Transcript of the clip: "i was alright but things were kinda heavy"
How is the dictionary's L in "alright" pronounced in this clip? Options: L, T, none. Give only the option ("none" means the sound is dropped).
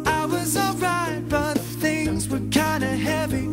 L